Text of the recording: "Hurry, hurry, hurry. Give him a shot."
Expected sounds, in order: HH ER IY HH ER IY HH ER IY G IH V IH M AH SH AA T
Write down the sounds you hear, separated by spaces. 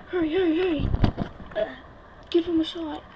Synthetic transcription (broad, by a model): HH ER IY HH ER IY HH ER IY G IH F IH M AH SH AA